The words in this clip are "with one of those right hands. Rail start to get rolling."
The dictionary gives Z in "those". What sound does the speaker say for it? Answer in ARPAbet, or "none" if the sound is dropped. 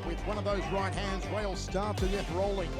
Z